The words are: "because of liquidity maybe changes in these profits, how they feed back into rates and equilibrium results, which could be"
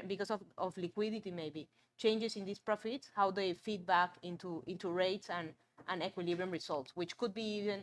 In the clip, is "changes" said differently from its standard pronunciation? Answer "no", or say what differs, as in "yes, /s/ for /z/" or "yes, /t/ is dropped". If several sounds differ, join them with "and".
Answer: yes, /s/ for /z/